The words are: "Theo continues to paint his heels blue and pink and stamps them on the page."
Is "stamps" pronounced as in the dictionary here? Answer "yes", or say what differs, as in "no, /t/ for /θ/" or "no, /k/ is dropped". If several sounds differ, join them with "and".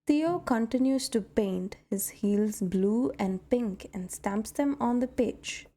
yes